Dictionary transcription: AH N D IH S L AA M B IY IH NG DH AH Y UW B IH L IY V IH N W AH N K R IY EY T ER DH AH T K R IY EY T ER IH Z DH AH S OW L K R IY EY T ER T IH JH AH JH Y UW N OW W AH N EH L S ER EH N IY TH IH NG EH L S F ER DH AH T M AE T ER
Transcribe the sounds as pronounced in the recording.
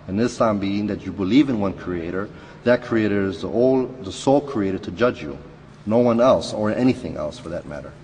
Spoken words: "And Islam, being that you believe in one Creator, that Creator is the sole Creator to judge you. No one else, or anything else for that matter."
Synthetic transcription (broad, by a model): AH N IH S AA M B IY IH NG DH AH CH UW B IH L IY V IH N W AH N K R IY EY T ER DH AH T K R IY EY T ER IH Z DH AH S OW L K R IY EY T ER T IH JH AH JH Y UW N OW W AH N EH L S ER EH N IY TH IH NG EH L S F ER DH AH T M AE T ER